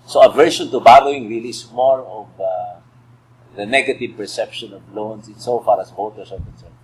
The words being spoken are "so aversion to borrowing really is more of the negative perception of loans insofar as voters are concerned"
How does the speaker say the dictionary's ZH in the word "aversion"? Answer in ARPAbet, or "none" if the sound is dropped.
SH